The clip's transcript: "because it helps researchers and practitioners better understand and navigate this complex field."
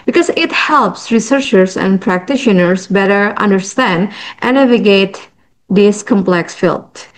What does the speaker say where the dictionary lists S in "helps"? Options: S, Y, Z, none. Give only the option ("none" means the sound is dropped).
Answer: S